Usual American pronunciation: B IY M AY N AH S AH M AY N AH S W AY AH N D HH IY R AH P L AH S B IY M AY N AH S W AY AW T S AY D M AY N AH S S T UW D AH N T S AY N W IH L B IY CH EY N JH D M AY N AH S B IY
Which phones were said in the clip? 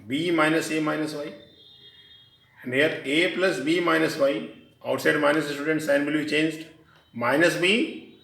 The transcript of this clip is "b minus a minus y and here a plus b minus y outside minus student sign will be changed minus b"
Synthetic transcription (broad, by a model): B IY M AY N AH S AH M AY N AH S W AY AH N D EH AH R AH P L AH S B IY M AY N AH S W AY AW T S AY D M AY N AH S S T UW D AH N T S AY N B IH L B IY CH EY N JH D M AY N AH S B IY